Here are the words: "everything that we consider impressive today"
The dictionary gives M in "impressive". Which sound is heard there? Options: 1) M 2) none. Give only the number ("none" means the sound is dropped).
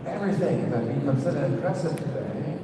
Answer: 2